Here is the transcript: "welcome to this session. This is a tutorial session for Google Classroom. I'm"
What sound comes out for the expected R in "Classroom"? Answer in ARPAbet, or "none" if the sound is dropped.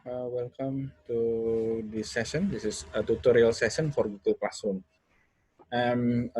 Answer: none